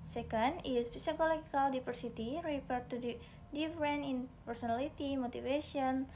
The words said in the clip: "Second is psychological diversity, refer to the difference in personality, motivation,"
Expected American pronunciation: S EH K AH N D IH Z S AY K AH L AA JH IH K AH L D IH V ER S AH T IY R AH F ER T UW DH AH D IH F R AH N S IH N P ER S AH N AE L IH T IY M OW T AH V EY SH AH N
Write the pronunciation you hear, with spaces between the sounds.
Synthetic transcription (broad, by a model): S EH K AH N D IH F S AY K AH L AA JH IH K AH L D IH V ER S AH T IY R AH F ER T UW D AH D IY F R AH N IH N P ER S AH N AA L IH T IY M OW T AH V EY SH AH N